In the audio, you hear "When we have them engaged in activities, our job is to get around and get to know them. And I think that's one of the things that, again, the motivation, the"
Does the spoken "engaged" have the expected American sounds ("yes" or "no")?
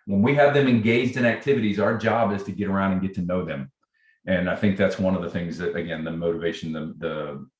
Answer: yes